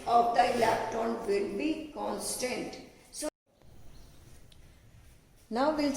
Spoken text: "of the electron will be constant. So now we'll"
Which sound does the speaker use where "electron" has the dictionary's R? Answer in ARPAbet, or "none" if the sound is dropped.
none